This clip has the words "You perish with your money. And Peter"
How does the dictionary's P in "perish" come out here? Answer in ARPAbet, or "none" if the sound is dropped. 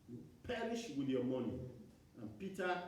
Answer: P